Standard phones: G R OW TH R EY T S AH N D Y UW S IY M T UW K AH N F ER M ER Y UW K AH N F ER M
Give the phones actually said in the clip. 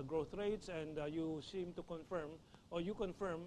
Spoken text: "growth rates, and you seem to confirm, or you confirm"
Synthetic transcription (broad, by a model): G R OW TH R EY T S AH N D Y UW S IY M T UW K AH N F ER M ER Y UW K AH N F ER M